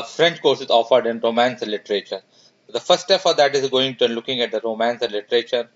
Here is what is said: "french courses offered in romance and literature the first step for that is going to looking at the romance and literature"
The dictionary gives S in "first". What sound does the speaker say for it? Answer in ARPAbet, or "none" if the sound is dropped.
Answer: none